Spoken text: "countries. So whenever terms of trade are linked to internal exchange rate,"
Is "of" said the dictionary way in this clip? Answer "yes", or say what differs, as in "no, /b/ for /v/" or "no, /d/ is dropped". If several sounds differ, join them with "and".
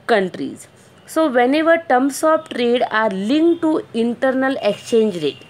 no, /p/ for /v/